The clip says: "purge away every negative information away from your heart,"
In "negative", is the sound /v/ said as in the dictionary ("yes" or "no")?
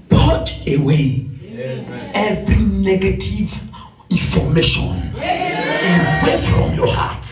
yes